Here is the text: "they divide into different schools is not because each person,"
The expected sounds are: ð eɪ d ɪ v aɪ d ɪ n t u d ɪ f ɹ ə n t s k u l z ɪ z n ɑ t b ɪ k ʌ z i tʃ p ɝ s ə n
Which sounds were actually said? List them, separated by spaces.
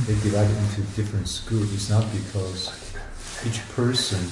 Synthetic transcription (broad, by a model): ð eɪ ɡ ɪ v aɪ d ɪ n t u d ɪ f ɹ ə n t s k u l ɪ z n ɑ t b ɪ k ʌ z i tʃ p ɝ s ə n